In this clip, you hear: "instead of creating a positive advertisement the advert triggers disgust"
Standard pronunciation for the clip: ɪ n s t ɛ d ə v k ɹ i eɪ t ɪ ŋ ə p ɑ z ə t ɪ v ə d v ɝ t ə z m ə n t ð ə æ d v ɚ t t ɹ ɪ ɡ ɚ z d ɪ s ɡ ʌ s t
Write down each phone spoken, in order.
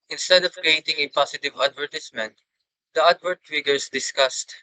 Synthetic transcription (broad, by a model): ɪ n s t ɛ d ə v k ɹ i eɪ t ɪ ŋ ə p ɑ s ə t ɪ v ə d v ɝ t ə s m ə n t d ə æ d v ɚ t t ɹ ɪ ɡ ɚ s d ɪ s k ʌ s t